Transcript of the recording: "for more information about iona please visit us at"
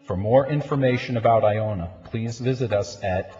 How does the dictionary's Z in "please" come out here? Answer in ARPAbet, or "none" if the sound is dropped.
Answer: Z